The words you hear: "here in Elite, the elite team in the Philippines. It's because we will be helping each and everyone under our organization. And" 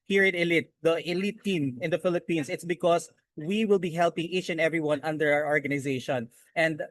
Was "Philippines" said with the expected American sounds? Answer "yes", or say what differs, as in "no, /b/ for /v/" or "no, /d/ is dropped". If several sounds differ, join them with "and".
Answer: no, /s/ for /z/